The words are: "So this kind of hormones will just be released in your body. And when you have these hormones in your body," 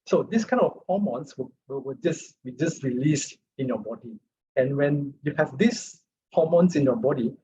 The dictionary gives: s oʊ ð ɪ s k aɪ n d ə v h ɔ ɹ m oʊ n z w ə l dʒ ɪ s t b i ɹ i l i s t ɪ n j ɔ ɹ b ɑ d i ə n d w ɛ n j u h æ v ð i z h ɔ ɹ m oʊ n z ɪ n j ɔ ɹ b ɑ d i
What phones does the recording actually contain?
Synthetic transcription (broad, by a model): s oʊ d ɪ s k aɪ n ə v h ɔ m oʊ n s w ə w dʒ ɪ s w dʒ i ɹ i l i s t ɪ n j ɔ b ɑ d i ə n w ɛ n j u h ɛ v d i s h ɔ m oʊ n s ɪ n j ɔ b ɑ d i